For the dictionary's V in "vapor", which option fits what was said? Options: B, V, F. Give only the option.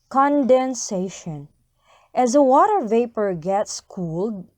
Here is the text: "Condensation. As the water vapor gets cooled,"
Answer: V